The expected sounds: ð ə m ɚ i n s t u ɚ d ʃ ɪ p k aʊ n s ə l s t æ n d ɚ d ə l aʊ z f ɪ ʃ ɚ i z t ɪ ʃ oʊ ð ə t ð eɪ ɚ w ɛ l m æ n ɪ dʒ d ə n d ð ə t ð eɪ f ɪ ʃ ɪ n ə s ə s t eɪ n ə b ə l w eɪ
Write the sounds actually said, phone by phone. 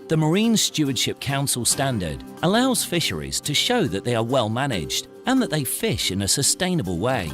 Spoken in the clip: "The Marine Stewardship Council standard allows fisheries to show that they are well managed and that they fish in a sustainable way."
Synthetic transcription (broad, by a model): ð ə m ɚ i n s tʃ u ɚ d ʃ ɪ p k aʊ n s ə l s t æ n d ɚ d ə l aʊ z f ɪ ʃ ɚ i z t ɪ ʃ oʊ ð ə t ð eɪ ɚ w ɛ l m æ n ɪ dʒ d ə n ð ə t ð eɪ f ɪ ʃ ɪ n ə s ə s t eɪ n ə b ə l w eɪ